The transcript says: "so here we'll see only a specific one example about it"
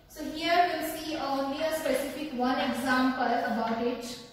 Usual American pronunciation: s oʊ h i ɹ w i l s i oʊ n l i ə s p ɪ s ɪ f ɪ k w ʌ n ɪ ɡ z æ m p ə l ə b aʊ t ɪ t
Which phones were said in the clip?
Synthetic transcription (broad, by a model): s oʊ h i ɹ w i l s i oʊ l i ə s p ɪ s ɪ f ɪ k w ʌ n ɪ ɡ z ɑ m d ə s ə b aʊ t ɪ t